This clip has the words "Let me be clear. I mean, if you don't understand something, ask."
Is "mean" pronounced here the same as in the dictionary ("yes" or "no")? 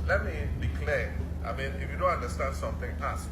yes